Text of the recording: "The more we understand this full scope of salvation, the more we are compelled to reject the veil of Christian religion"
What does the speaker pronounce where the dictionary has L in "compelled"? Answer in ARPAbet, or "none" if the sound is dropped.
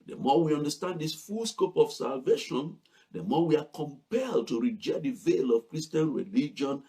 L